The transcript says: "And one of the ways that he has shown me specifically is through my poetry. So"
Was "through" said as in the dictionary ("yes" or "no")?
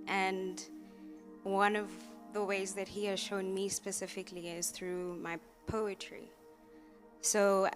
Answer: yes